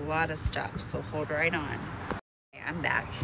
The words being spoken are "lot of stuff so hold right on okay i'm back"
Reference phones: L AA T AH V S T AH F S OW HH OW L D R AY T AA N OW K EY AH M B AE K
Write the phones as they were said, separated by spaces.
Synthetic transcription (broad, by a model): L AA T AH V S T AH F S OW HH OW L D R AY T N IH AA AH M B AE K